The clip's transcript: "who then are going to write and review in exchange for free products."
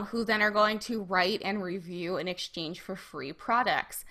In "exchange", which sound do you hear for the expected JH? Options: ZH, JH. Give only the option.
ZH